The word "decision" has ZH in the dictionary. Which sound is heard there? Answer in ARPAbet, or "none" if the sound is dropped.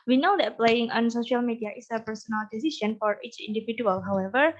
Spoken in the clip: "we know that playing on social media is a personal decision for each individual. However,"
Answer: S